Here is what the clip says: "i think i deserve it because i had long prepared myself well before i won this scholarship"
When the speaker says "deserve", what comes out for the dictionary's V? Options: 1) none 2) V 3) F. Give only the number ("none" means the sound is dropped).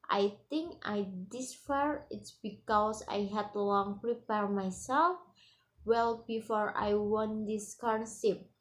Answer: 1